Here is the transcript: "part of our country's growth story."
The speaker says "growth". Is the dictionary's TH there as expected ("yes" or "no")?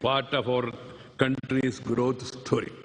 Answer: no